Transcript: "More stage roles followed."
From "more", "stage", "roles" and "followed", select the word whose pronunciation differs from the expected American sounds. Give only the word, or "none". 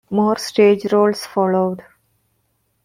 roles